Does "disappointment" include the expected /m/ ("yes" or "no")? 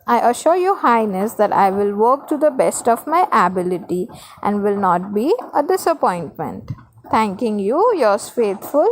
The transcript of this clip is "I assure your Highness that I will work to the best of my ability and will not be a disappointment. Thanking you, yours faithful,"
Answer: yes